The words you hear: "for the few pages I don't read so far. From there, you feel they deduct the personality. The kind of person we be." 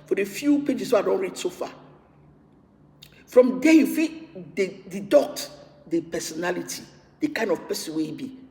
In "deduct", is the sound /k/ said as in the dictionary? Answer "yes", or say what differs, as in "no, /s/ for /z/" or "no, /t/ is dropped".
no, /k/ is dropped